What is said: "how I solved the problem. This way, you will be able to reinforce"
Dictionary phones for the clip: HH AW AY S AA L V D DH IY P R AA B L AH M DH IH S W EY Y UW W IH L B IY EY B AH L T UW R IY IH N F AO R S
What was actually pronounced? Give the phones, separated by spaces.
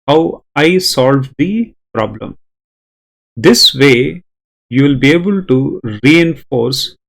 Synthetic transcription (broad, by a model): HH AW AY S AA L V D IY P R AA B L AH M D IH S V EY Y UW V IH L B IY EY B AH L T UW R IY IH N F AO R S